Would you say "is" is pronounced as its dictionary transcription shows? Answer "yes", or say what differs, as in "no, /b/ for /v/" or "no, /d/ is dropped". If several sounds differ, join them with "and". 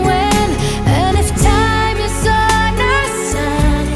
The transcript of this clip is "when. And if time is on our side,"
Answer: no, /s/ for /z/